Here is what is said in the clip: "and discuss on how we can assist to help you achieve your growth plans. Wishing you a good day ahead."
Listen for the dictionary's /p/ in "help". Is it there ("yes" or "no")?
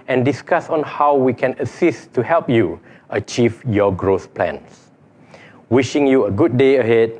yes